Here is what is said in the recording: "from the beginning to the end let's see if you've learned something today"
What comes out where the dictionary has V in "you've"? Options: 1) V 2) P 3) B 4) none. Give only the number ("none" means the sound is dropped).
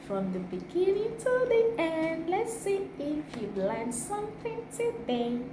3